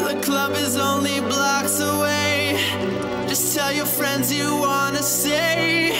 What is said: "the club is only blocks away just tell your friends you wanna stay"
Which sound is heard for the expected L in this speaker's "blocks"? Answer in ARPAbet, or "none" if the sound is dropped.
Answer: L